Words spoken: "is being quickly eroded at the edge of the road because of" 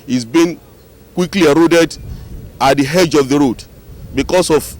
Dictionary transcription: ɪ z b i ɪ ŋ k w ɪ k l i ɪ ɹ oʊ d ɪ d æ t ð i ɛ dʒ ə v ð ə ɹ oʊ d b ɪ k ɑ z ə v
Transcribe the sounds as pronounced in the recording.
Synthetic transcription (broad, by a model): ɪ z b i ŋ k w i k l i ɪ ɹ oʊ d ɪ d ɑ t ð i ɛ dʒ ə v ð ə ɹ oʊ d b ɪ k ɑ s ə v